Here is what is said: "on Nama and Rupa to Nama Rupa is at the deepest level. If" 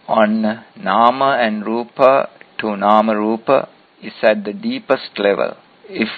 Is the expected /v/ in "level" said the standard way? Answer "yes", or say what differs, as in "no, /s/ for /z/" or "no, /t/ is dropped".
yes